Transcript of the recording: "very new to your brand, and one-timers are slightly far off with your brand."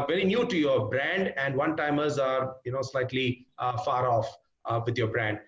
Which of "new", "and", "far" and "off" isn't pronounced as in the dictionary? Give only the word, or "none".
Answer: none